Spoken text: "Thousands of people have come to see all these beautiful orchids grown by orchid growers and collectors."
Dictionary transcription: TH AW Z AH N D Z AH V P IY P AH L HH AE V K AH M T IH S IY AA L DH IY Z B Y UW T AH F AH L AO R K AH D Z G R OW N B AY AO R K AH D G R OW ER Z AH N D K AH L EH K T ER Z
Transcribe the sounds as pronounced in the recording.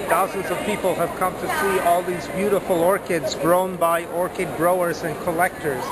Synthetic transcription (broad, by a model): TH AW Z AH N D Z AH V P IY P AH L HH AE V K AH M T IH S IY AA L DH IY Z B Y UW T AH F AH L AO R K AH D Z G R OW N B AY AO R K AH D G R OW ER Z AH N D K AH L EH K T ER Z